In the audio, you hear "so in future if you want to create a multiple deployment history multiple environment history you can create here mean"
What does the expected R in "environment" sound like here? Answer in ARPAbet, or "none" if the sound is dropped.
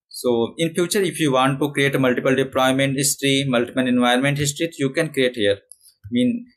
none